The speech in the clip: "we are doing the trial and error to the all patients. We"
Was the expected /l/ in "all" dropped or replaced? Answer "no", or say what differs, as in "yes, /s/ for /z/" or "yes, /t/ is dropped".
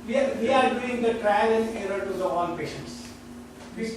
yes, /n/ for /l/